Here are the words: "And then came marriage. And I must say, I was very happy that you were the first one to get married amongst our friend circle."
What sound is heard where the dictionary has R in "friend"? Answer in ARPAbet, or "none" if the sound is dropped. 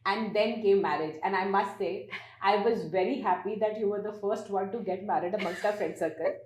none